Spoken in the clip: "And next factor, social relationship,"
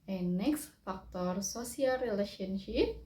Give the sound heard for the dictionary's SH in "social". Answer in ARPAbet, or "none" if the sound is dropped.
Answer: S